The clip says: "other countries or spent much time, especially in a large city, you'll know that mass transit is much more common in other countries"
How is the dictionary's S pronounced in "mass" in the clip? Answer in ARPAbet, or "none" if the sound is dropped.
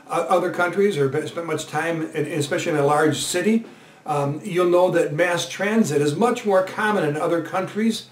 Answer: S